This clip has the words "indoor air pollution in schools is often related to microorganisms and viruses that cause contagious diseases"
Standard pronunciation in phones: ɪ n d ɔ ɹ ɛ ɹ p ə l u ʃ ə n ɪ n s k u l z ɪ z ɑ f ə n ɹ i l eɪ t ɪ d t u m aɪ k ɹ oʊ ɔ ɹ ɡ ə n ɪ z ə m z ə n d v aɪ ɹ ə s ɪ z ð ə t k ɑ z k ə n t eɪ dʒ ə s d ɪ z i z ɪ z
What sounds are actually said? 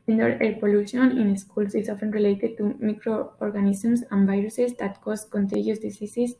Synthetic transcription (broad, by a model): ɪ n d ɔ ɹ ɛ ɹ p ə l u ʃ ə n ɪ n s k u l s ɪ s ɑ f ə n ɹ i l eɪ t ɪ d t u m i k ɹ oʊ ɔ ɹ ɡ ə n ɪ s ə m s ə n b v aɪ ɹ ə s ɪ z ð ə t k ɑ s k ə n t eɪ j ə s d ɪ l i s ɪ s